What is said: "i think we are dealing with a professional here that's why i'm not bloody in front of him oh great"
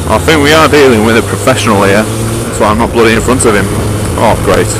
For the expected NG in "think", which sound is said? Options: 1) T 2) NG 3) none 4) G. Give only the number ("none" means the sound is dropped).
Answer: 2